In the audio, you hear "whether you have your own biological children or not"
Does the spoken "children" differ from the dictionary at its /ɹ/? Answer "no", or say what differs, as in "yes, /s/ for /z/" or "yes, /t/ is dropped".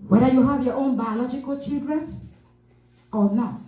no